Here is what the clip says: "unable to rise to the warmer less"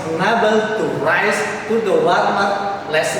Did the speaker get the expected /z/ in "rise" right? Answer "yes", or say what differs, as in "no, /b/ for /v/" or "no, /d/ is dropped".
no, /s/ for /z/